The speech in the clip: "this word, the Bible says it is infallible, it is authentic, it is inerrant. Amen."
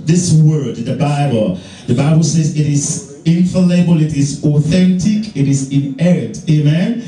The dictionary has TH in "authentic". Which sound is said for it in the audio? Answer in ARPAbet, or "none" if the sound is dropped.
TH